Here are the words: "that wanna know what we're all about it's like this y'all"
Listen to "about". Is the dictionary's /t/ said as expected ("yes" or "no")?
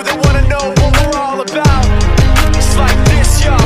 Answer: no